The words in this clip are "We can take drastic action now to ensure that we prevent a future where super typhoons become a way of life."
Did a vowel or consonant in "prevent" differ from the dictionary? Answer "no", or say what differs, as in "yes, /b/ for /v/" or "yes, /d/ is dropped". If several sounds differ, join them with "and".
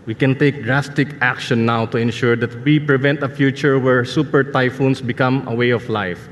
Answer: no